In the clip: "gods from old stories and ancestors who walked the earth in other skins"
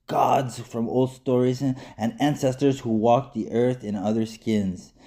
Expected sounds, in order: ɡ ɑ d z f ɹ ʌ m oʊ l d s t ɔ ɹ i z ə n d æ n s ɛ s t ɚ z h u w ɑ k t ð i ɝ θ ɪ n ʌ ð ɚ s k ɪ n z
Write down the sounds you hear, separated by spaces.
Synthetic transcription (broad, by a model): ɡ ɑ d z f ɹ ʌ m oʊ l d s t ɔ ɹ i z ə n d æ n s ɛ s t ɚ z h u w ɑ k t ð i ɝ θ ɪ n ʌ ð ɚ s k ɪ n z